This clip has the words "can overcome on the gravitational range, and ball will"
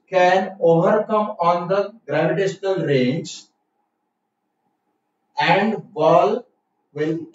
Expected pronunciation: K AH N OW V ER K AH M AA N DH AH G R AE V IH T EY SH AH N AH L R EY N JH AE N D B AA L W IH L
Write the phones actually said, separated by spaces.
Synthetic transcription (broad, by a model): K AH N OW V ER K AH M AA N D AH G R AE V IH T EY SH AH N AH L R EY N JH AE N D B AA L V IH L